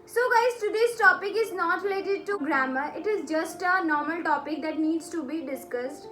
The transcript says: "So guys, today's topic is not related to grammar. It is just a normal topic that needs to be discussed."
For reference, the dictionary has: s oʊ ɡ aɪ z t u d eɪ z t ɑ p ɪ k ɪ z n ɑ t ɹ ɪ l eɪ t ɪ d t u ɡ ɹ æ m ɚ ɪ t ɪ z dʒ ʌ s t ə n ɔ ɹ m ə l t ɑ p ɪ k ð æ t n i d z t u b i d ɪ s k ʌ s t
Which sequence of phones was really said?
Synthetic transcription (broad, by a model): s oʊ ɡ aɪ s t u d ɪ s t ɑ p ɪ k ɪ z n ɑ t ɹ ɪ l eɪ t ɪ d t u ɡ ɹ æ m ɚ ɪ t ɪ z dʒ ʌ s t ə n ɔ ɹ m ə l t ɑ p ɪ k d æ t n i d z t u b i d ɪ s k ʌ s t